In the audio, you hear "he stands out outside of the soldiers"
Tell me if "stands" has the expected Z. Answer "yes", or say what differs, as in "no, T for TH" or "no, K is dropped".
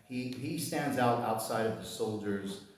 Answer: yes